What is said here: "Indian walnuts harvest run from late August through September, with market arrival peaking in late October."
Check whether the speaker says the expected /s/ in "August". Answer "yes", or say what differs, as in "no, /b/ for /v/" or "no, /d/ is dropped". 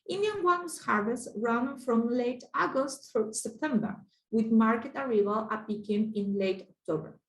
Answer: yes